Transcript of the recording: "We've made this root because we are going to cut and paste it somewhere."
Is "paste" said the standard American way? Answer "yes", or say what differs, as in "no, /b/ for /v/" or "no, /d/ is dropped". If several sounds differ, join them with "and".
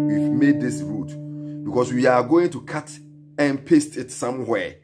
yes